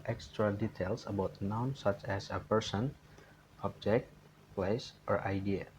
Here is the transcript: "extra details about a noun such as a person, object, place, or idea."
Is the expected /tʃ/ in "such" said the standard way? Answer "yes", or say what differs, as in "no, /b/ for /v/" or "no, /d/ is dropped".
yes